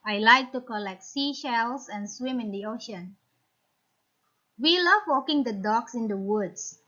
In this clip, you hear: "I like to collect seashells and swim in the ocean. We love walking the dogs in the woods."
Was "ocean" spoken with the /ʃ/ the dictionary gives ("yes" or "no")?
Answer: yes